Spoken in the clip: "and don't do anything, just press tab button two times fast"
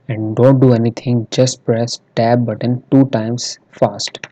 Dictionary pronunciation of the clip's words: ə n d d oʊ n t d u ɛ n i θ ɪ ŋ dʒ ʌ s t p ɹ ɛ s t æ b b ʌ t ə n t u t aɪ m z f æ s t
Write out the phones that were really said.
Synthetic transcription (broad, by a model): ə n d d oʊ n t d u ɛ n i t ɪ ŋ dʒ ʌ s t p ɹ ɛ s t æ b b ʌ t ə n t u t aɪ m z f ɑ s t